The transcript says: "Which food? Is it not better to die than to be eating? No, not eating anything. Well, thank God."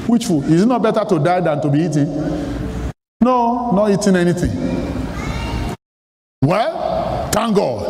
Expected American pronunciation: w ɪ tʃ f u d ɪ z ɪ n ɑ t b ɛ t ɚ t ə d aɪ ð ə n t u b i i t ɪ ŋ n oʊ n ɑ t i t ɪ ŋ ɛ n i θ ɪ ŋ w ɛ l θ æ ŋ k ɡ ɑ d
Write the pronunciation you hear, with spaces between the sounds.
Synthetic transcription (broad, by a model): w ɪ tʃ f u ɪ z n ɑ t b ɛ t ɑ t ə d aɪ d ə n t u b i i t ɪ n n oʊ n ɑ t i t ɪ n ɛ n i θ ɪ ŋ w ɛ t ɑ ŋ ɡ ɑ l